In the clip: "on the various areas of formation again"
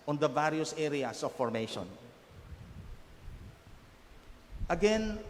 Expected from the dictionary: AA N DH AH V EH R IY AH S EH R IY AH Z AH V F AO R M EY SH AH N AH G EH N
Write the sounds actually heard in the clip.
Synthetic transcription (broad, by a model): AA N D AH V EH R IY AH S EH R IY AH S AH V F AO R M EY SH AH N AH G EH N